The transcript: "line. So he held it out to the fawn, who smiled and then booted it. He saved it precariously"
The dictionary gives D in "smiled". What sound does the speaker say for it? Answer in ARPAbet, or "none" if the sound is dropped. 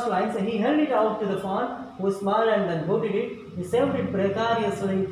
none